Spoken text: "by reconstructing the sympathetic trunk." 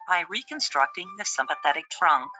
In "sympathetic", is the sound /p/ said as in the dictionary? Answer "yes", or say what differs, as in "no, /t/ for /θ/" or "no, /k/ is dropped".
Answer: yes